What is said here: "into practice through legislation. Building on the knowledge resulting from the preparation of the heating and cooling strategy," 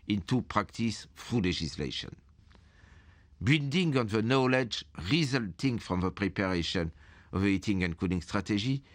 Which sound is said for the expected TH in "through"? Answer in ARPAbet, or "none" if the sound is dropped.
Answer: F